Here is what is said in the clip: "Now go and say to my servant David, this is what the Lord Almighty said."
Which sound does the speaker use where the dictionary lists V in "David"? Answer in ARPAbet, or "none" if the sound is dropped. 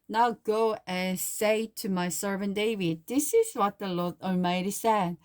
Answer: V